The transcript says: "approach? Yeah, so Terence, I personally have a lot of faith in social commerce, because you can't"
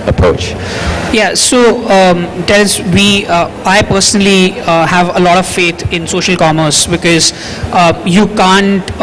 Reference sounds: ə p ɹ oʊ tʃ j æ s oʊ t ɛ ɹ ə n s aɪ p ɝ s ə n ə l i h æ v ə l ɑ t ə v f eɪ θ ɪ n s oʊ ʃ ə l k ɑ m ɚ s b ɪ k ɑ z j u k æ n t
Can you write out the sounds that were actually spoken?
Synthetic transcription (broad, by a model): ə p ɹ oʊ tʃ j æ s oʊ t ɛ l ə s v aɪ p ɝ s ə n ə l i h æ v ə l ɑ t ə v f eɪ t ɪ n s oʊ ʃ ə l k ɑ m ɚ s b ɪ k ɑ z j u k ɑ n t